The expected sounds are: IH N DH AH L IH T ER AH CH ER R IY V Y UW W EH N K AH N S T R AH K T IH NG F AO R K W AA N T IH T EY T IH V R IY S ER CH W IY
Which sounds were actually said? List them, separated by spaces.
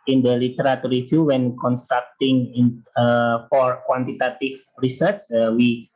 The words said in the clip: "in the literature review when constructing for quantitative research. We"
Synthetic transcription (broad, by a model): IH N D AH L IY T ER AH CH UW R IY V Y UW W EH N K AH N S T R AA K T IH NG F AO R K W AA N T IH T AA T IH F R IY S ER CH W IY